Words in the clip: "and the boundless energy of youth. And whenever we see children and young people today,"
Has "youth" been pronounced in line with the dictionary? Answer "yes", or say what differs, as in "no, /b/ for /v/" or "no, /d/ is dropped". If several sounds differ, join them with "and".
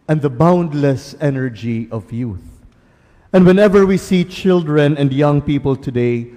yes